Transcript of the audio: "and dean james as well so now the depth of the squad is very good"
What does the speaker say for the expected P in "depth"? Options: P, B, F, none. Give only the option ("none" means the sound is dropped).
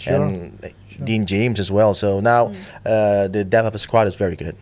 none